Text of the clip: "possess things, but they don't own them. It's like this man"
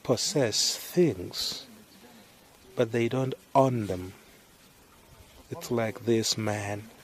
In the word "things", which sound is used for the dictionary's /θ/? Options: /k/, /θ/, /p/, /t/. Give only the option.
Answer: /θ/